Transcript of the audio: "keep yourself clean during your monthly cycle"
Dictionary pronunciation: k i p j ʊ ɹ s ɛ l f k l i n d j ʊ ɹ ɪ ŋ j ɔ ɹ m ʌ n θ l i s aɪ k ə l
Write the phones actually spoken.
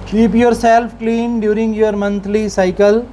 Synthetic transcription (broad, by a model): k i p j ʊ ɹ s ɛ l f k l i n d j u ɹ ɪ ŋ j ɔ ɹ m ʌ n t l i s aɪ k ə l